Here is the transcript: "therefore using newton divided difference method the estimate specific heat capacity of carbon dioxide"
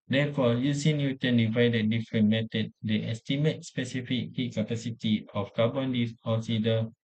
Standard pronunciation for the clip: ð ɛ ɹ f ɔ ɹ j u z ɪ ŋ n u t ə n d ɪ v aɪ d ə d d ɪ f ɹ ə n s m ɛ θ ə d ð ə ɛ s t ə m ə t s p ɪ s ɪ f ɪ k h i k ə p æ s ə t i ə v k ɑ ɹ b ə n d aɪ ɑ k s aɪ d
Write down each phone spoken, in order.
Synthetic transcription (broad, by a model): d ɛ f ɔ j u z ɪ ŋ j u t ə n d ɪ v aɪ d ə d d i f ɹ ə n m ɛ t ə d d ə ɛ s t ə m ə t s p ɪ s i f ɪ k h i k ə p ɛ s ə t i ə f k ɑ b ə n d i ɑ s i d